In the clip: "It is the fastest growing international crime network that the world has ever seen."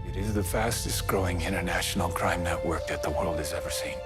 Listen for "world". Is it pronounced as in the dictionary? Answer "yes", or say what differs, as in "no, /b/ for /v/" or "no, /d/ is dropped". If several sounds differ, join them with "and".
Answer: yes